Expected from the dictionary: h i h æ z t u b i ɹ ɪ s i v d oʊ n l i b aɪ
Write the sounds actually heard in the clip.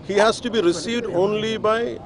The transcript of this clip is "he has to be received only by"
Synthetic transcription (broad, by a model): h i h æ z t u b i ɹ ɪ s i v d oʊ n l i b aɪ